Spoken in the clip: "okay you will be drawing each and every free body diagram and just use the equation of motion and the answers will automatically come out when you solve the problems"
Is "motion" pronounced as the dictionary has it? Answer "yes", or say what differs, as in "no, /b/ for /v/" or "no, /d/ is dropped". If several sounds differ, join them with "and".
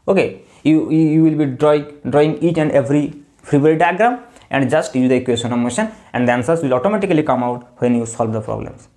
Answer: yes